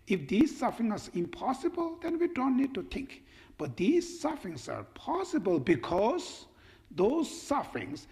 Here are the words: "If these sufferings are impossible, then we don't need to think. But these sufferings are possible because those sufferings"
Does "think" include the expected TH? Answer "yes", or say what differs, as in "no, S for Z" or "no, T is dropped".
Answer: no, T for TH